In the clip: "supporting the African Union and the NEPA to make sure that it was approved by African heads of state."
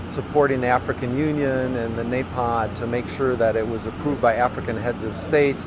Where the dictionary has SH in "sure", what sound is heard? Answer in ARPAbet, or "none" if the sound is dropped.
SH